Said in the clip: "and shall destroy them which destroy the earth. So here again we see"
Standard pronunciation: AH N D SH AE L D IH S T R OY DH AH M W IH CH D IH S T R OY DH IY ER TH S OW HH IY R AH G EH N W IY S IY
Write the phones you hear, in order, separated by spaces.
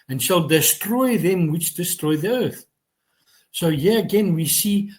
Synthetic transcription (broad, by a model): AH N SH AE L D IH S T R OY DH AH M W IH CH D IH S T R OY DH IY ER TH S OW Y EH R AH G EH N W IY S IY